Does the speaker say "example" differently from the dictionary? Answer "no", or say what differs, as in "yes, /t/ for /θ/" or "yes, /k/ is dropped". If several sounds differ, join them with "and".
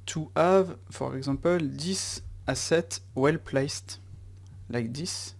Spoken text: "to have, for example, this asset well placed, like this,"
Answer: yes, /m/ is dropped